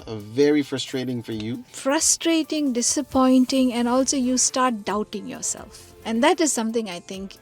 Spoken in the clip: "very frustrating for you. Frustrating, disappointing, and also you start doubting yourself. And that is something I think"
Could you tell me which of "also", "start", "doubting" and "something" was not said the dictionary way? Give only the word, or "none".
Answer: something